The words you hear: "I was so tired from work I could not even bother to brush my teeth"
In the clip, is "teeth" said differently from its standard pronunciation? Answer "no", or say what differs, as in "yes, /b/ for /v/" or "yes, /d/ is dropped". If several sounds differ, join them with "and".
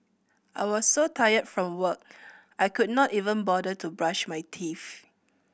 yes, /f/ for /θ/